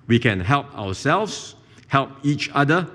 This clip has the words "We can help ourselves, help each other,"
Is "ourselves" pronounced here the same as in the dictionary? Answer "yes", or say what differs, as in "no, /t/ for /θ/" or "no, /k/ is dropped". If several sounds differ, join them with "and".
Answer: no, /w/ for /ɹ/